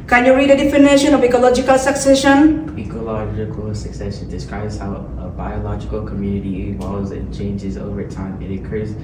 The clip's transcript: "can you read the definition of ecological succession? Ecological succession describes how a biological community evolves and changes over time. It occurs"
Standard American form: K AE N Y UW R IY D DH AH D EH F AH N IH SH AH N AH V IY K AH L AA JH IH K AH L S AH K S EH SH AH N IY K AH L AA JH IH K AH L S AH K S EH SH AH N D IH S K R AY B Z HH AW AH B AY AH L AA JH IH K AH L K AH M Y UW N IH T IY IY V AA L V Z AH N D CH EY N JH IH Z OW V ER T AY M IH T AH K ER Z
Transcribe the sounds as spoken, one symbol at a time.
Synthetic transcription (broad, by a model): K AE N Y UW R IY D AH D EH F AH N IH SH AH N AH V IY K AH L AA JH IH K AH L S AH K S EH SH AH N IY K AH L AA JH IH K AH L S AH K S EH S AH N D IH S K R AY B Z HH AW AH B AY AH L AA JH IH K AH L K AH M Y UW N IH T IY IY W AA Z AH N CH EY N JH IH Z OW V ER T AY M IH T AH K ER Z